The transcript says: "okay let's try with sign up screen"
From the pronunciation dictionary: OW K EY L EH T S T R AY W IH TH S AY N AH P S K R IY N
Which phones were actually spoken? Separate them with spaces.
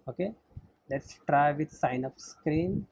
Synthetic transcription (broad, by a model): OW K EY L EH T S T R AY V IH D S AY N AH F S K R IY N